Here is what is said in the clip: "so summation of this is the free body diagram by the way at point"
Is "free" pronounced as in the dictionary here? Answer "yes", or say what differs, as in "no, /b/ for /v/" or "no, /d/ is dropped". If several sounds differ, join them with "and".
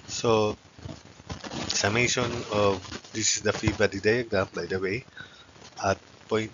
no, /ɹ/ is dropped